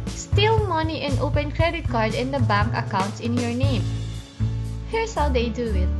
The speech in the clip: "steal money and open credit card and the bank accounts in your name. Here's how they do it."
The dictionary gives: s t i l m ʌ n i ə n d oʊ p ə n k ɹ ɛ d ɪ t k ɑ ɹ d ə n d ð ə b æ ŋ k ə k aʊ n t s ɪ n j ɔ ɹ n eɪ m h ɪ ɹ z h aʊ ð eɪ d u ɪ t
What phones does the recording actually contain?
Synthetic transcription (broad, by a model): s t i l m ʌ n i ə n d oʊ p ə n k ɹ ɛ d ɪ t k ɑ ɹ d ə n d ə b æ ŋ k ə k aʊ n t s ɪ n j ɔ ɹ n eɪ m h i ɹ s h aʊ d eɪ d u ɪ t